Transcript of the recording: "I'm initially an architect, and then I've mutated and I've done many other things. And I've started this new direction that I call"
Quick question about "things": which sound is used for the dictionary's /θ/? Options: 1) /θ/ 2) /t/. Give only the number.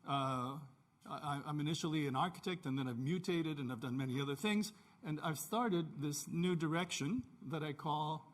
1